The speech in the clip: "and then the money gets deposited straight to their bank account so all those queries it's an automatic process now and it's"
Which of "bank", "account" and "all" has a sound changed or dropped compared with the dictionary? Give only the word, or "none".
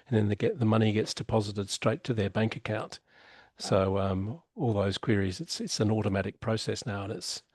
none